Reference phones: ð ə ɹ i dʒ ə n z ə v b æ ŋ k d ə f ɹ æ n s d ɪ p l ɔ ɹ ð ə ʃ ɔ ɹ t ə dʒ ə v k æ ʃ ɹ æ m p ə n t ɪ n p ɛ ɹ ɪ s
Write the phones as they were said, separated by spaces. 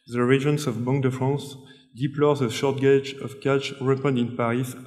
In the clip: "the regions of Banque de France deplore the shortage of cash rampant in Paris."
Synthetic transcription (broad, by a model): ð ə ɹ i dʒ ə n s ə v b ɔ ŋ d ə f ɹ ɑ s d ɪ p l ɔ ɹ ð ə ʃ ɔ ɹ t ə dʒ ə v k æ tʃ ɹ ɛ p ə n ɪ n p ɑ ɹ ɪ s